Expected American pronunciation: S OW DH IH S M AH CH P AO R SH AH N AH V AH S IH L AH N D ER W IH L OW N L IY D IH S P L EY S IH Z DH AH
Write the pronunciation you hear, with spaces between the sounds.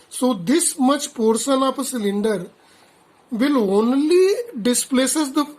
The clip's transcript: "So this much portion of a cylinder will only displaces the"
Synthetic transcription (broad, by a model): S OW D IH S M AH CH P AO R S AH N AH P AH S IH L AH N D ER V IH L OW N L IY D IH S P L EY S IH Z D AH